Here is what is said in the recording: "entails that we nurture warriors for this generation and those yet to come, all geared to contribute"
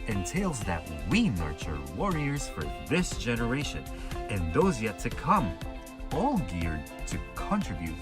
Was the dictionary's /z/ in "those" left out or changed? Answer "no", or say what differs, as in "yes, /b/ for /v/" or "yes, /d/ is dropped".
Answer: no